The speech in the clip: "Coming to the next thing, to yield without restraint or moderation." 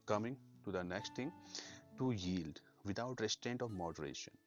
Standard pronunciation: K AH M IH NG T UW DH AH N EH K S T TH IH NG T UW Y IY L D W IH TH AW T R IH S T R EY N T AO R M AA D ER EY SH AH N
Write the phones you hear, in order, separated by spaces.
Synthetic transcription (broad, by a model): K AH M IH NG T UW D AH N EH K S T T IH NG T UW Y IY L D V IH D AW T R IH S T R EY N T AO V M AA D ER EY SH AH N